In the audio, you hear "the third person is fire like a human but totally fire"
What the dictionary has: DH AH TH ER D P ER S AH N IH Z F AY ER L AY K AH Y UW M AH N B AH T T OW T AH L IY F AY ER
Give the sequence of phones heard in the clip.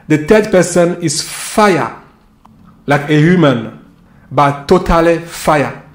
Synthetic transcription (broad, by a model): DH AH T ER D P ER S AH N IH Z F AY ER L AY K AH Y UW M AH N B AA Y T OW T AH L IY F AY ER